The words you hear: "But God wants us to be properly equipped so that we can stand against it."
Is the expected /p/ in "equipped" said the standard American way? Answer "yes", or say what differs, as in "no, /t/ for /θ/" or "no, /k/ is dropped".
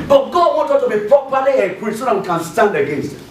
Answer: no, /p/ is dropped